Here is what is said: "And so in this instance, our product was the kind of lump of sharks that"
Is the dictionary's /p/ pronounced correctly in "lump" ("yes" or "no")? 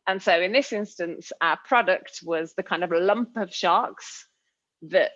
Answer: yes